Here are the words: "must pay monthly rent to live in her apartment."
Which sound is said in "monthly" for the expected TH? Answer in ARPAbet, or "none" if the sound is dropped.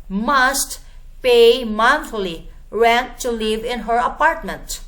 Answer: F